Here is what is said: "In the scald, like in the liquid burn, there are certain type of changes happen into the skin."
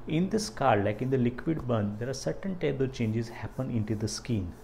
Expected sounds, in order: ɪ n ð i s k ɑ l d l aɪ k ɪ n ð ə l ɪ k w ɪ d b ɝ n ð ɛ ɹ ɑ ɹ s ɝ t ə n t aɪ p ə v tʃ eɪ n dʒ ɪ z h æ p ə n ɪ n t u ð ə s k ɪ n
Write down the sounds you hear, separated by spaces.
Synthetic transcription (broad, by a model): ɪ n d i s k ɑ d l aɪ k ɪ n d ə l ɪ k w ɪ d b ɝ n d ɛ ɹ ɑ ɹ s ɝ t ə n t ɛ b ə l tʃ eɪ n dʒ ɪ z h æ p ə n ɪ n t u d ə s k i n